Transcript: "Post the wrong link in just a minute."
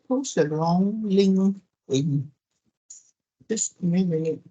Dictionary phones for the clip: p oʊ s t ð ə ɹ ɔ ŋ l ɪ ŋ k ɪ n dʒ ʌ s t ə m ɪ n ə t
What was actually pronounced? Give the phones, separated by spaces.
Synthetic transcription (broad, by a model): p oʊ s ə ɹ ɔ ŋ l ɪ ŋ ɪ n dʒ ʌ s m ə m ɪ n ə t